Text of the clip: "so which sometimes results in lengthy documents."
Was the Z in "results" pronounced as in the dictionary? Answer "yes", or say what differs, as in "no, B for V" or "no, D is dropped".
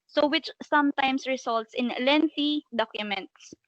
no, S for Z